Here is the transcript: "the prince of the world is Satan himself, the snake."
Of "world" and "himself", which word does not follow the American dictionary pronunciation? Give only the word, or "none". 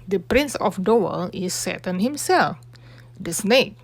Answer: world